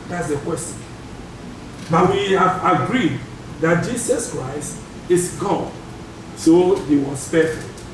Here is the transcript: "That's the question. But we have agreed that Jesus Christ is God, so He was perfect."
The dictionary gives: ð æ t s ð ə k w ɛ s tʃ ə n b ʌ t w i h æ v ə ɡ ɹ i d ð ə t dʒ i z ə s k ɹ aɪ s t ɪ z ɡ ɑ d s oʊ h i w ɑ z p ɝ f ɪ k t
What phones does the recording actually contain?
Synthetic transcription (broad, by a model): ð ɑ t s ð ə k w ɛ s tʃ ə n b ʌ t w i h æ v ə ɡ ɹ i d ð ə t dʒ i s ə s k ɹ aɪ s t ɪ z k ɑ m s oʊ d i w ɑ s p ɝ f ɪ